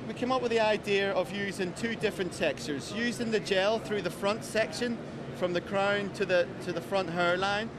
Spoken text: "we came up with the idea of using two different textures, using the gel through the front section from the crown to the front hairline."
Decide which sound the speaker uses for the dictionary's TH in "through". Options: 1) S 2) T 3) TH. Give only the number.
3